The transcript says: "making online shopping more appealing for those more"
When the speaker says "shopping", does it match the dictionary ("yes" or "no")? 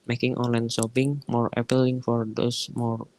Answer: no